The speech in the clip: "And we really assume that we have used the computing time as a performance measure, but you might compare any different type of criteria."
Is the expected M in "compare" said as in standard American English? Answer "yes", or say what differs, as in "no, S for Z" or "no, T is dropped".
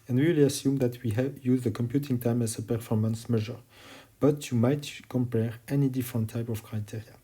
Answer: yes